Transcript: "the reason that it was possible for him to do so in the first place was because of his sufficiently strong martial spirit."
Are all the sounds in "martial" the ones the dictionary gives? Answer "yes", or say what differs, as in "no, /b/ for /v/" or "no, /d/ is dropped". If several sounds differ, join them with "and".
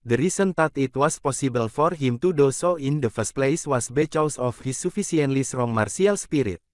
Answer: no, /s/ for /ʃ/